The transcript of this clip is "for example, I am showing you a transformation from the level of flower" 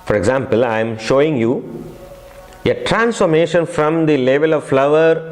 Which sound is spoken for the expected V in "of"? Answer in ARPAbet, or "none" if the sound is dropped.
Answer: V